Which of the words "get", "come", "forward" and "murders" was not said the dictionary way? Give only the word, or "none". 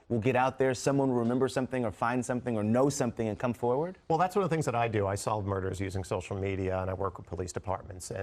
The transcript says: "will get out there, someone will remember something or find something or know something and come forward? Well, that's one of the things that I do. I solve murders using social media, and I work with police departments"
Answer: none